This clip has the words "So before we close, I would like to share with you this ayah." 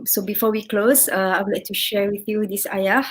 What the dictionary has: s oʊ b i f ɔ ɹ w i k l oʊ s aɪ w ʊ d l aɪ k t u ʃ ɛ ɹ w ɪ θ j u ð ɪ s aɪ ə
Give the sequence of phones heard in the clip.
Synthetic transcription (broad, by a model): s oʊ b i f ɔ w i k l oʊ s aɪ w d l aɪ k t u ʃ ɛ ɹ w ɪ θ j u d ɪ s aɪ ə